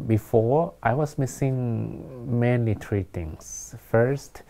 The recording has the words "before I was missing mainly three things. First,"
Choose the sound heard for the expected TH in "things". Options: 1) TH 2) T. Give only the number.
2